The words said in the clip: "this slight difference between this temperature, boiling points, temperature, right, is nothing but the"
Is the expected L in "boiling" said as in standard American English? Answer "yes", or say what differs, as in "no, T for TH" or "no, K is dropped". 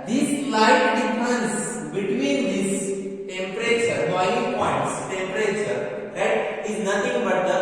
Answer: no, L is dropped